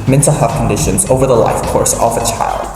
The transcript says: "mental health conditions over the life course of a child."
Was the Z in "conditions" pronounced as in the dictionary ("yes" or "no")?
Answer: yes